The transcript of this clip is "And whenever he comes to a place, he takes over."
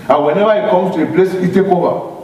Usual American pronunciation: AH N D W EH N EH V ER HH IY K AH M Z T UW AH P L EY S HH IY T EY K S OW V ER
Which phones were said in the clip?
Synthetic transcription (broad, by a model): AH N W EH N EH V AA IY K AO M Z T UW AH P L EY S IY T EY K OW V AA